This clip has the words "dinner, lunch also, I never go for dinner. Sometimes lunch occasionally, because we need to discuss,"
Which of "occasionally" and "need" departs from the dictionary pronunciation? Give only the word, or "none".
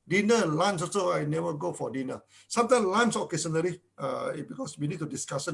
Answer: occasionally